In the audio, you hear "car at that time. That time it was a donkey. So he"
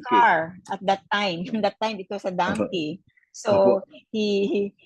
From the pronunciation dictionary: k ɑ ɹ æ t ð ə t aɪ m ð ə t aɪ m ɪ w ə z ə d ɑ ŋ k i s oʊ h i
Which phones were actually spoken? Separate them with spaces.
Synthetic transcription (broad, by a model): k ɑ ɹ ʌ t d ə t aɪ m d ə t aɪ m ɪ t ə s ə d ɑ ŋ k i s oʊ h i